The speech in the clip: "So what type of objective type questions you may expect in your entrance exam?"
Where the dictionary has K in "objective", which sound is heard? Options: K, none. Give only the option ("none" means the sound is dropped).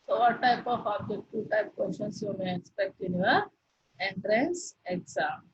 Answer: none